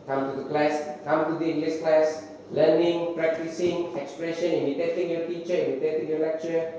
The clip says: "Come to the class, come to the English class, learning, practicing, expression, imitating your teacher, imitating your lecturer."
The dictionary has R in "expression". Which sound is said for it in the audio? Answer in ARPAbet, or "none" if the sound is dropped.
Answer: R